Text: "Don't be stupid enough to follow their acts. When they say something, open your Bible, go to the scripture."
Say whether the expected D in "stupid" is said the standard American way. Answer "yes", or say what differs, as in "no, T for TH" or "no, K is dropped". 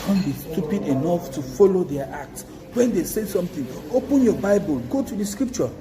yes